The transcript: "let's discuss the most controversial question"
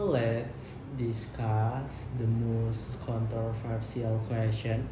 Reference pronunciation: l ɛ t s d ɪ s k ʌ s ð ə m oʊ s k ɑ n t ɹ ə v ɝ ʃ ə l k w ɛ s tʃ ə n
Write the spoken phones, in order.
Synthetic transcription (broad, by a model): l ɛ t s d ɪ s k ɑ s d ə m oʊ s k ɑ n t ɹ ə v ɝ s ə l k w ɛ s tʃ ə n